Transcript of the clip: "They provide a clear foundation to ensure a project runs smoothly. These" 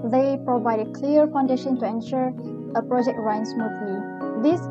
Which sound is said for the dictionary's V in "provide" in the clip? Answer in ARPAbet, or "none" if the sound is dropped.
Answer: V